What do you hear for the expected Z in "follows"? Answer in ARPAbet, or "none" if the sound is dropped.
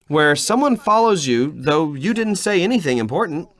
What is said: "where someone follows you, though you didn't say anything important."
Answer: Z